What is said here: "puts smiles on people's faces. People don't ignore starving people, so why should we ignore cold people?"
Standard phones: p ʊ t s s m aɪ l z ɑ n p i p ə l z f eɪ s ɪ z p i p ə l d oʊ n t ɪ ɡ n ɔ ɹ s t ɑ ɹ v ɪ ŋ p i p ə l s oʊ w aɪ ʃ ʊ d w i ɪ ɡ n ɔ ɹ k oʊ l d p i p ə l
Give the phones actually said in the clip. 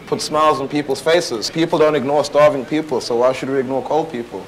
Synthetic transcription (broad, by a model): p ʊ t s s m aɪ l z n p i p ə l z f eɪ s ɪ z p i p l d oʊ n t ɪ ɡ n ɔ ɹ s t ɑ ɹ v ɪ ŋ p i p ə l s oʊ w aɪ ʃ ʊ d w i ɪ ɡ n ɔ ɹ k oʊ l d p i p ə l